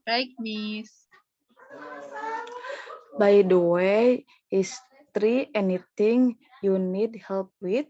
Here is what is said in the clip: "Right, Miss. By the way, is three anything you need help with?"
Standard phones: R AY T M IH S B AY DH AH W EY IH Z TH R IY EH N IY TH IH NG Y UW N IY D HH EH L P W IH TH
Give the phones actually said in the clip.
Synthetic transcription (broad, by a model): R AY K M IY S B AY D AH W EY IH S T R IY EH N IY T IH NG Y UW N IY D HH EH L P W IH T